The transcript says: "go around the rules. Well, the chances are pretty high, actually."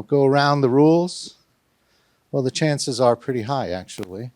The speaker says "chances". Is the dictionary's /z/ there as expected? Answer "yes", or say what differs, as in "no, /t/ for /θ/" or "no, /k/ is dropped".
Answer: yes